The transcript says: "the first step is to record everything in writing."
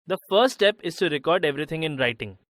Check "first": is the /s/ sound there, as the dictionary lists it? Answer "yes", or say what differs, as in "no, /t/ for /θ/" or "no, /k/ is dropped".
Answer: no, /s/ is dropped